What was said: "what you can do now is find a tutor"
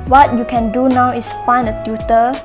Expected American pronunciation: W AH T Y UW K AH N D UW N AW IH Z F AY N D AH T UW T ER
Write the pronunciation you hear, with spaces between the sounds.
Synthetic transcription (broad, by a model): W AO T Y UW K AH N D UW N AW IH S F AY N AH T UW T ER